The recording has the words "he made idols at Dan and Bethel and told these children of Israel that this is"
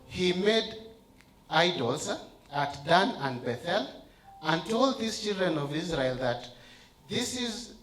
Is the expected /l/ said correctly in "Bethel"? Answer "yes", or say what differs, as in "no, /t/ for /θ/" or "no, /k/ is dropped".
yes